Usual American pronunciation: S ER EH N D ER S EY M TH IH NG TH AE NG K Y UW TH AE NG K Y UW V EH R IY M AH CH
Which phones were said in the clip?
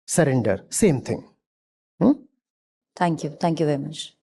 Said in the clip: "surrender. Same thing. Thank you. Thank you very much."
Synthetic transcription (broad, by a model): S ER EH N D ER S EY M T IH NG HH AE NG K Y UW T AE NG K Y UW V EH R IY M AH CH